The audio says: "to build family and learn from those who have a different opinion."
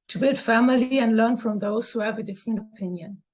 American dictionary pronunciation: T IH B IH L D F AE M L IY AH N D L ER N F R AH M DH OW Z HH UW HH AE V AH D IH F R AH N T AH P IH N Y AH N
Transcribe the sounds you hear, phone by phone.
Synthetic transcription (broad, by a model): T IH B IH L D F AE M L IY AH N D L ER N F R AH M DH OW Z HH UW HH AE V AH D IH F R AH N T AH P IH N Y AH N